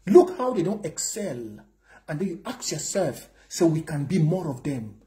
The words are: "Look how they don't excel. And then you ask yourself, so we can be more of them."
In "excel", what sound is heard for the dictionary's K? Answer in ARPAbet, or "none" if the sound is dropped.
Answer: K